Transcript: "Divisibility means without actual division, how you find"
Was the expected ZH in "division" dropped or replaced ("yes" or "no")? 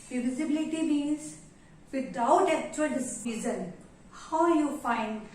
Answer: yes